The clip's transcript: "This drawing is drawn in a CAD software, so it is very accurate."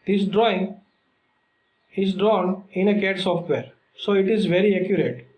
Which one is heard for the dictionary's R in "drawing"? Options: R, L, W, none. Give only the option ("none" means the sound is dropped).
R